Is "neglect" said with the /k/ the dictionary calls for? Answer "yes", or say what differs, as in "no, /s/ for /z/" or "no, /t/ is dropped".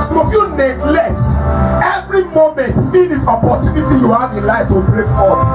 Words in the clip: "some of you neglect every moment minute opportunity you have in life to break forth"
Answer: no, /k/ is dropped